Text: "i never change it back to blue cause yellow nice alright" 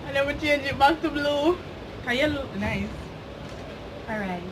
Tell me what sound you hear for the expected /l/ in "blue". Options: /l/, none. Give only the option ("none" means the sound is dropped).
/l/